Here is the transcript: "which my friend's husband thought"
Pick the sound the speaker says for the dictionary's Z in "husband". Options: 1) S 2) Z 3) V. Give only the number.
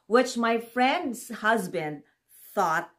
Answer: 2